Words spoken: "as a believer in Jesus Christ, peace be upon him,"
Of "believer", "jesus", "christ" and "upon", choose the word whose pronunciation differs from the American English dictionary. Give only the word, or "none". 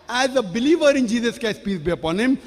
christ